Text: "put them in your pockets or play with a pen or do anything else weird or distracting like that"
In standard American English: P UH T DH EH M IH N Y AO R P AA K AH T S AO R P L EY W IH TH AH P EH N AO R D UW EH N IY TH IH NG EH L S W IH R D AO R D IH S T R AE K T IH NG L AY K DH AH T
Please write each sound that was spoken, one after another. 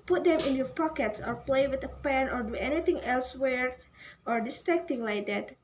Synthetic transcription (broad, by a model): P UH T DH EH M IH N Y AO R P AA K AH T S AO R P L EY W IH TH AH P EH N AO R D UW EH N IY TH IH NG EH L S W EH R AO R D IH S T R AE K T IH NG L AY K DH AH T